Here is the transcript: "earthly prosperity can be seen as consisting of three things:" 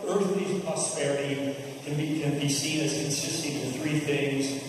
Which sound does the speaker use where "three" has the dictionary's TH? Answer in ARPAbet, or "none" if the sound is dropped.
TH